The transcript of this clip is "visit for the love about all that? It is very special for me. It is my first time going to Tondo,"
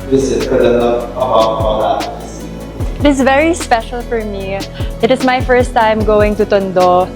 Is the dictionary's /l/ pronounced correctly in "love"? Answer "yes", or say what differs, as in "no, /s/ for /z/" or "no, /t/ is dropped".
no, /n/ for /l/